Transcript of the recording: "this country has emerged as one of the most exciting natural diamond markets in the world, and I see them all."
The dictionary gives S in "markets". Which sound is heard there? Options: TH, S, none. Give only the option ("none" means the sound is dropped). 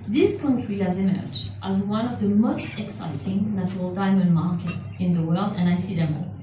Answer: none